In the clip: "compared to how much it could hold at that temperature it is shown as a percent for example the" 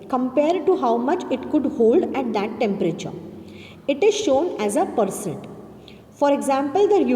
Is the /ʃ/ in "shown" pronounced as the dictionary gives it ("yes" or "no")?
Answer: yes